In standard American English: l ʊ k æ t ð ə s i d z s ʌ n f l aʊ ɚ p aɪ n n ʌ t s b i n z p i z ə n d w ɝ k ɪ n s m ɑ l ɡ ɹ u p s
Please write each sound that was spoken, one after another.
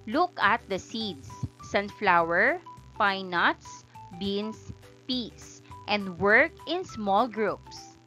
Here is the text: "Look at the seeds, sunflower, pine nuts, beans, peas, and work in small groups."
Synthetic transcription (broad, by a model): l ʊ k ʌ t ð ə s i d s ʌ n f l aʊ ɚ p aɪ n n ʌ t s b i n s p i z ə n d w ɝ k ɪ n s m ɑ l ɡ ɹ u p s